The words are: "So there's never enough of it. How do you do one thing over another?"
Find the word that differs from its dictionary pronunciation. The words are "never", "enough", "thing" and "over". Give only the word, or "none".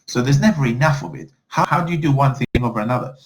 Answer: none